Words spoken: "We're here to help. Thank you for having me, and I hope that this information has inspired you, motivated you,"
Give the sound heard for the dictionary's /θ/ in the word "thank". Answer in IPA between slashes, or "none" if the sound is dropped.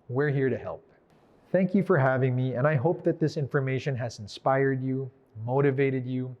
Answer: /θ/